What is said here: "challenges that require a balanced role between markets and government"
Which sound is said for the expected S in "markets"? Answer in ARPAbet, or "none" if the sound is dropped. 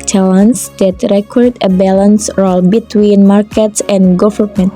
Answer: S